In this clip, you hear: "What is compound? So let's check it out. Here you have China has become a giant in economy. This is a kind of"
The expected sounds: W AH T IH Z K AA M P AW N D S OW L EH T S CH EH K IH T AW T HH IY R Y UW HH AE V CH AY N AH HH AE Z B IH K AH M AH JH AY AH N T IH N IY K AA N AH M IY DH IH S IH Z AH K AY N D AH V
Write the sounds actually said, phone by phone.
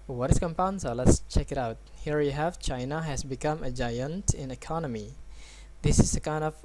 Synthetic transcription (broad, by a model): W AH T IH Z K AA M P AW N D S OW L EH T S CH EH K IH T AW T HH IY R Y UW HH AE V CH AY N AH HH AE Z B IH K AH M AH JH AY AH N T IH N IY K AA N AH M IY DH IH S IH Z AH K AY N D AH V